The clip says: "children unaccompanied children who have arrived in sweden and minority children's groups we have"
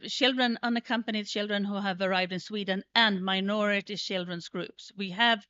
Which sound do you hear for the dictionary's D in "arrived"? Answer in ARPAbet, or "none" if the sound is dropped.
D